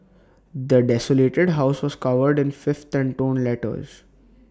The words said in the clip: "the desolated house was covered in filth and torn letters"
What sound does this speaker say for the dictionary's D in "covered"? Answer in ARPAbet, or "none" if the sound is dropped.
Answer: D